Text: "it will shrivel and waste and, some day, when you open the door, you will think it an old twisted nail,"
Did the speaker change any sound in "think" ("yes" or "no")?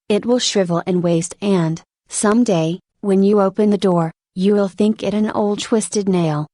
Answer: no